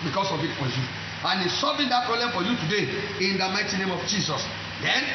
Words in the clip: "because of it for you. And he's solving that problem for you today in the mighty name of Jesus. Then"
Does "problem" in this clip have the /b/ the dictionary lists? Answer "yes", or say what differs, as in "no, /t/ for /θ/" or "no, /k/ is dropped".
no, /b/ is dropped